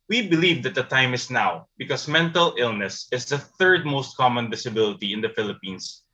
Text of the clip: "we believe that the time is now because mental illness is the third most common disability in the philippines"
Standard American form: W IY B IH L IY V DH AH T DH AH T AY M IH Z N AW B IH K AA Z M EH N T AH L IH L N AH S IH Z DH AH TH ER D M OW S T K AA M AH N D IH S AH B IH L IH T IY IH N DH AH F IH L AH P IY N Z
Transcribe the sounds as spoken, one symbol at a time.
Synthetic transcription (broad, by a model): W IY B IH L IY V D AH T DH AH T AY M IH S N AW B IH K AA S M EH N T AH L IH L N AH S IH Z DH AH TH ER D M OW S T K AA M AH N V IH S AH B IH L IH T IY IH N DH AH F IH L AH P IY N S